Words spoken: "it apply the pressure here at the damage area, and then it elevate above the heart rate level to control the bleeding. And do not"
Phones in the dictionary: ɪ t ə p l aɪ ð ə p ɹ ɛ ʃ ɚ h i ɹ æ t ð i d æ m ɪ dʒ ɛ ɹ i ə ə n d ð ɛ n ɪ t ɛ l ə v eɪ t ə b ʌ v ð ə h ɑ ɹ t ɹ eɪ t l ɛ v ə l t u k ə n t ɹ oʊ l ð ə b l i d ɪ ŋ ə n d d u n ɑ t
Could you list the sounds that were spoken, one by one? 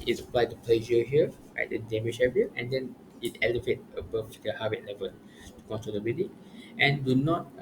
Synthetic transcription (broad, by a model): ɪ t ə p l aɪ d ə p l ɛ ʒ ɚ h i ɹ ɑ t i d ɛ m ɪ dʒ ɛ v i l ə n d ɛ n ɪ t ɛ l ə v eɪ t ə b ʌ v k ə h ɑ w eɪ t l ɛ v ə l t u k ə n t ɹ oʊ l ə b i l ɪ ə n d d u n ɑ t